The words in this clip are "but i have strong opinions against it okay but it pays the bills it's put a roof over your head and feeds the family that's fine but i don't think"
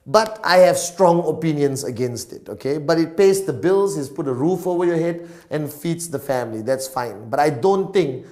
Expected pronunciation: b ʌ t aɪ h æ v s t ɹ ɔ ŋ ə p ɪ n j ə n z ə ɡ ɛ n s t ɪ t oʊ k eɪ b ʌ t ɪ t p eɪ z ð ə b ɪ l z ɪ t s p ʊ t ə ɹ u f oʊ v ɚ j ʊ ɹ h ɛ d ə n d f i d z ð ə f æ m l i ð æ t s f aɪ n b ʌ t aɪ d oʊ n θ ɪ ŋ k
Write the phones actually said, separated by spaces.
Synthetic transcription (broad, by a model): b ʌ t aɪ h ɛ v s t ɹ ɔ ŋ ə p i n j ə n s ə ɡ ɛ n s t ɪ t oʊ k eɪ b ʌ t ɪ t p eɪ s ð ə b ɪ l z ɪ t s p ʊ t ə ɹ u f oʊ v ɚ j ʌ h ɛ d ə n f i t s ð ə f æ m l i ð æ t s f aɪ n b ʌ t aɪ d oʊ n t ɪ ŋ k